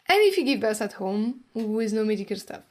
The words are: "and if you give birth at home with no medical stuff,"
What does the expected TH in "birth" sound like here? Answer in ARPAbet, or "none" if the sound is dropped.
S